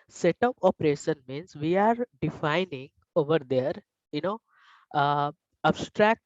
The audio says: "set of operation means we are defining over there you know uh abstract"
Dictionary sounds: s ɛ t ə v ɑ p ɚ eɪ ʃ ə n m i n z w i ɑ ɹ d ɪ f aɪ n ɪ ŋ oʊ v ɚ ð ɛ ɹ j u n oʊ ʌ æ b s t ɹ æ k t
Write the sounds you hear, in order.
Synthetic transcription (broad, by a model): s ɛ t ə p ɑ p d eɪ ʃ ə n m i n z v i ɑ ɹ d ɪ f aɪ n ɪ ŋ oʊ v ɚ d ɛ ɹ j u n oʊ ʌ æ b s t ɹ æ k t